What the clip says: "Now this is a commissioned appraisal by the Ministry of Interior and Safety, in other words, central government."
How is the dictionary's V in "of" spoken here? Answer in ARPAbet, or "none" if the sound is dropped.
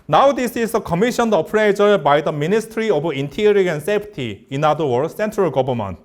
B